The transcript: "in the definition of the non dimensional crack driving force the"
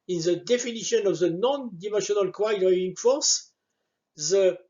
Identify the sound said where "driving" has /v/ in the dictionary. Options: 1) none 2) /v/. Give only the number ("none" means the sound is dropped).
1